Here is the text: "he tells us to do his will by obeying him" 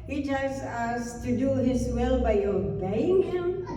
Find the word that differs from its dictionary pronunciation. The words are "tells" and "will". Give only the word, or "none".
tells